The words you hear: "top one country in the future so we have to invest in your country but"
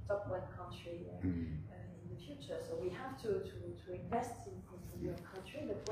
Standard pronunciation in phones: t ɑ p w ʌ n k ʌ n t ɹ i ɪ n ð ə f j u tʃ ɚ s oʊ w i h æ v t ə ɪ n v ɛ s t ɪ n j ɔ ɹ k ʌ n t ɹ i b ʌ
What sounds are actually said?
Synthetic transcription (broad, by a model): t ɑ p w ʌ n k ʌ n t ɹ i ɪ n ð ə f j u tʃ ɚ s oʊ w i h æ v t ə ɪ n v ɛ s t ɪ n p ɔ w k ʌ n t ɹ i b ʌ